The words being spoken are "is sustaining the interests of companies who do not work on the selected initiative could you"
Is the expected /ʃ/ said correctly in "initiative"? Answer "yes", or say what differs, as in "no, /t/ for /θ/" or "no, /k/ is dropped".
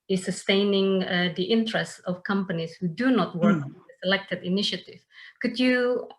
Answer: yes